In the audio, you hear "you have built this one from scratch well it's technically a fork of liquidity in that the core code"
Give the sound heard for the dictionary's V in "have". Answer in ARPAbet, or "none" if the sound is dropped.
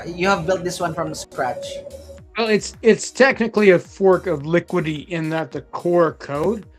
V